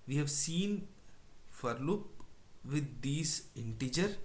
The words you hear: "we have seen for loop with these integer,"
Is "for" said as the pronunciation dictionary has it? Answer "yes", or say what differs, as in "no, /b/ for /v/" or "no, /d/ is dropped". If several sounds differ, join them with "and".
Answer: yes